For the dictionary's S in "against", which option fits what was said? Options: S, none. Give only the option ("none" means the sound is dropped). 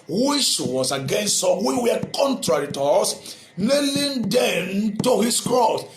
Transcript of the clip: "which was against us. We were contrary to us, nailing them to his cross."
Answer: S